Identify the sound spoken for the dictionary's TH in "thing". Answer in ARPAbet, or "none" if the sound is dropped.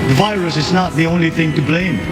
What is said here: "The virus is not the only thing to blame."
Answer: TH